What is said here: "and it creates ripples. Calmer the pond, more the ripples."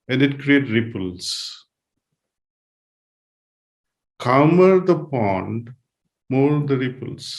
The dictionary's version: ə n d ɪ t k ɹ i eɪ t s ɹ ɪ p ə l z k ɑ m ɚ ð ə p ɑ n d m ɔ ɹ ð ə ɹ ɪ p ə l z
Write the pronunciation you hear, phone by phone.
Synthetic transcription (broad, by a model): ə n d ɪ t k ɹ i eɪ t ɹ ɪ p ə l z k ɑ m ɚ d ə p ɑ n d m ɔ ɹ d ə ɹ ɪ p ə l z